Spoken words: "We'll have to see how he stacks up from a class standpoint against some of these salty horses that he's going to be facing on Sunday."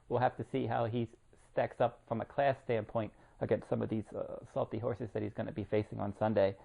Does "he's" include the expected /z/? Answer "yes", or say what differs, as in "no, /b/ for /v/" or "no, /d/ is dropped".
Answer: yes